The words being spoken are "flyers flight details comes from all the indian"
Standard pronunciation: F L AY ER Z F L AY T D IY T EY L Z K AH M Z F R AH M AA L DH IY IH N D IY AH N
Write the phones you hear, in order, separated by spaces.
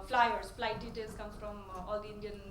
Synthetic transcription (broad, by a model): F L AY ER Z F L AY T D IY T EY L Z K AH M F R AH M AA L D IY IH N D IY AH N